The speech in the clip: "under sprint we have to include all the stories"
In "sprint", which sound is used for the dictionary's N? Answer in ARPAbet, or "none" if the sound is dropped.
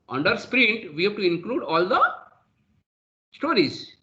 N